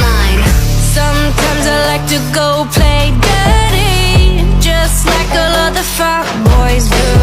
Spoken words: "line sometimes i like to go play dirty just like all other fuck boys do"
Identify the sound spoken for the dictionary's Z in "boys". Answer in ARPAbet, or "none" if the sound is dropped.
Z